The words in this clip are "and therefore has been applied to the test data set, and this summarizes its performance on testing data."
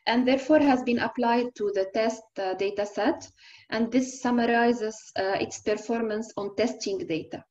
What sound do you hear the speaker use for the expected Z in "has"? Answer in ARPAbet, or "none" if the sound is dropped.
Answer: Z